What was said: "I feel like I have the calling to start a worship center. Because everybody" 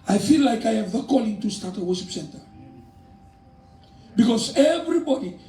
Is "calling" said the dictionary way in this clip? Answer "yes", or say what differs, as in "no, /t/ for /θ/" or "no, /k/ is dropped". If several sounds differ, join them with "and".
yes